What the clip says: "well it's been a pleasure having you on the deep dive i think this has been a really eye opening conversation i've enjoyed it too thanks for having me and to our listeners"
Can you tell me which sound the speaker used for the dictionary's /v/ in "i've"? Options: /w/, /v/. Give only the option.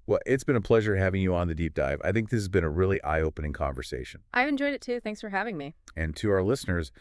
/v/